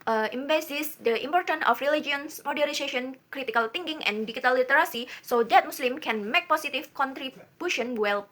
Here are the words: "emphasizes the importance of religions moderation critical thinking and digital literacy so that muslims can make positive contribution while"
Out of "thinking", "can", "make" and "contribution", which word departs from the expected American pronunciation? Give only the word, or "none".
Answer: thinking